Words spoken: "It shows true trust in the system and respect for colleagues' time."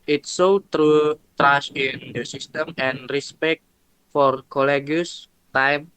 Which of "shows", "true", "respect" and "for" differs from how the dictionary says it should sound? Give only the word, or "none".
shows